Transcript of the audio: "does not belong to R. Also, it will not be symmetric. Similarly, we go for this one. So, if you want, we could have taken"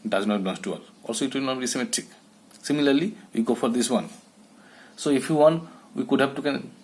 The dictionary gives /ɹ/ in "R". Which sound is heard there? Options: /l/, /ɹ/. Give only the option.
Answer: /l/